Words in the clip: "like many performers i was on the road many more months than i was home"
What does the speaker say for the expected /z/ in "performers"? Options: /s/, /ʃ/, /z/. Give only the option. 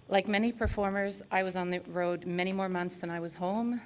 /z/